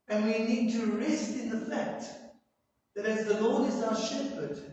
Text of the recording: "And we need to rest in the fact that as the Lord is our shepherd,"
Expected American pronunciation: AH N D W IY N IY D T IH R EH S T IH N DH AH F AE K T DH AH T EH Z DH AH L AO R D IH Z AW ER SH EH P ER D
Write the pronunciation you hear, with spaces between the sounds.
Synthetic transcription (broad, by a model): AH N W IY N IY D T IH R EH S T IH N DH AH F AE K T DH AH T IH Z DH AH L AO R D IH Z AW ER SH EH P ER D